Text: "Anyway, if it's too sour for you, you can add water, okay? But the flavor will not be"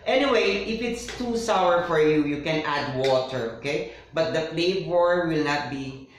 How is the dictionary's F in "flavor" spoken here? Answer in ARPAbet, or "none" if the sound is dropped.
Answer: P